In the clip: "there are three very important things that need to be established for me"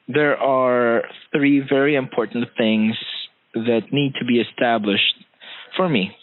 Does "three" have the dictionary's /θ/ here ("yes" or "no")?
yes